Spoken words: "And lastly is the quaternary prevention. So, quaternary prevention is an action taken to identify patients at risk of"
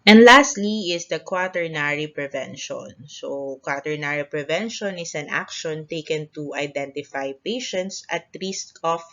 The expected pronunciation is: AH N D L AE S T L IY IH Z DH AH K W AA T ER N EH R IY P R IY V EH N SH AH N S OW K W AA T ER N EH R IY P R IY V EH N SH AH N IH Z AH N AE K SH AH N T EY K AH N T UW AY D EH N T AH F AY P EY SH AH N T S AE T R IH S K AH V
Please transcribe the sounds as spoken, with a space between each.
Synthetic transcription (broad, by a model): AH N D L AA S T L IY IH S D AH K W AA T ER N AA R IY P R IY V EH N SH AH N S OW K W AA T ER N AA R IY P R IY V EH N SH AH N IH S AH N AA K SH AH N T EY K AH N T UW AY D EH N T AH F AY P EY SH AH N T S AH T L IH S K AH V